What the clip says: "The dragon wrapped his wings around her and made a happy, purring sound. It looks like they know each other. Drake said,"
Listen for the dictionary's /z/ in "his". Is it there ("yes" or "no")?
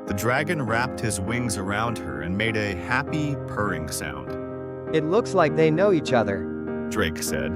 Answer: yes